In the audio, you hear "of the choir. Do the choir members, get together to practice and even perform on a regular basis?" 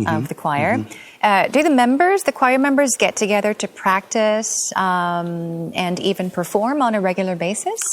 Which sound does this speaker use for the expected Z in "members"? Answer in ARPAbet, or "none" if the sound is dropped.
Z